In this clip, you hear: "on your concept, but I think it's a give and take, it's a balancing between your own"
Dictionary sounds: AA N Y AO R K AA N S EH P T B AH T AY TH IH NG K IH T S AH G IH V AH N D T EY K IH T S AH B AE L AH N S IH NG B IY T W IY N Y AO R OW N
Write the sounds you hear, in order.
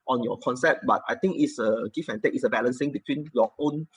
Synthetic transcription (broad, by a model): AA N Y AO K AA N S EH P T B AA T AY T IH NG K IH T S AH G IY F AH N T EY K IH T S AH B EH L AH N S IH NG B IY T W IY N Y AO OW N